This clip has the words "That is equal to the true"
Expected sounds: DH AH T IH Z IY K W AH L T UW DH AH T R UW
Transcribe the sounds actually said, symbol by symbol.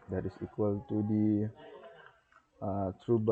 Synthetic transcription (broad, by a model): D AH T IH S IY K W AH L T UW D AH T R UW